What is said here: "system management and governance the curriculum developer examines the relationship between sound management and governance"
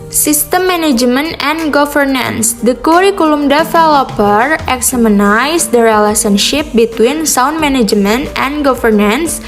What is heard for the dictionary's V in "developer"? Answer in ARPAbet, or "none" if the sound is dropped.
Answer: F